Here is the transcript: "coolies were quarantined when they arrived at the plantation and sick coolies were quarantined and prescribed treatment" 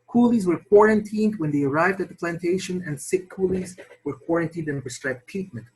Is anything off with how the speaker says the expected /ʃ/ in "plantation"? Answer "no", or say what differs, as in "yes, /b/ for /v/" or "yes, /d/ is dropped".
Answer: no